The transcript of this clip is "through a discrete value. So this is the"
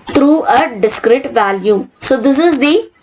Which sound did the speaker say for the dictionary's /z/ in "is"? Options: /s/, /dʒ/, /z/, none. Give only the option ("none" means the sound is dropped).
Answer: /z/